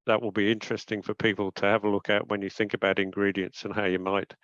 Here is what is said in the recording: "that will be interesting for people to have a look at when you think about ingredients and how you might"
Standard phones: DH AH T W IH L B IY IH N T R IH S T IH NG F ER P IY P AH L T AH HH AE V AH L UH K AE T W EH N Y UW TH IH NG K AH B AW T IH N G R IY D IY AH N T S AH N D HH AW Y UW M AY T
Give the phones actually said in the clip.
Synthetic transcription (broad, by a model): DH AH T W IH L B IY IH N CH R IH S T IH NG F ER P IY P AH L T AH V AH L UH K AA T W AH N Y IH TH IH NG K AH B AW T IH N G R IY D IY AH N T S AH N HH AW Y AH M AY T